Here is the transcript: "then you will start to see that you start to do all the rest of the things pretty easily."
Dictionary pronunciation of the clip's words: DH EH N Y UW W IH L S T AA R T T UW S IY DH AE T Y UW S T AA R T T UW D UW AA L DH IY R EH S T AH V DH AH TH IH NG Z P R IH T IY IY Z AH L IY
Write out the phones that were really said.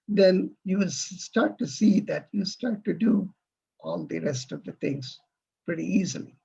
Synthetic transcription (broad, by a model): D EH N Y UW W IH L S T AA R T T UW S IY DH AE T Y UW S T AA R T T UW D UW AA L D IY R EH S T AH V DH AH T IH NG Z P R IH T IY IY Z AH L IY